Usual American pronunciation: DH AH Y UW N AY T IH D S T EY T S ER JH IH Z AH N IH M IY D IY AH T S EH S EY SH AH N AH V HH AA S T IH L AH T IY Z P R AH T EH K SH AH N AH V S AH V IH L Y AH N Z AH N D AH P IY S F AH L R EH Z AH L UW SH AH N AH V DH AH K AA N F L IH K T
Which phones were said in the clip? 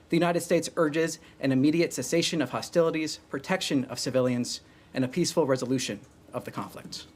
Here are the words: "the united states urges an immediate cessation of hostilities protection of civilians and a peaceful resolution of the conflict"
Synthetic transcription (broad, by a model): DH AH Y UW N AY T IH D S T EY T S ER JH IH Z AH N IH M IY D IY AH T S EH S EY SH AH N AH V HH AA S T IH L AH T IY Z P R AH T EH K SH AH N AH V S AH V IH L Y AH N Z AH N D AH P IY S F L R EH Z AH L UW SH AH N AH V DH AH K AA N F L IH K T